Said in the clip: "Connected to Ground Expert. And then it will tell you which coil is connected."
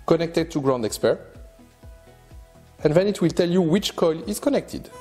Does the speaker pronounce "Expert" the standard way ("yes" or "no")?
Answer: yes